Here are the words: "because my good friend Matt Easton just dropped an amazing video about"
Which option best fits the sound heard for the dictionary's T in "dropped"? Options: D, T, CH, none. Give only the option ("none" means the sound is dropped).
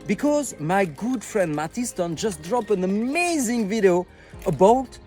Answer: none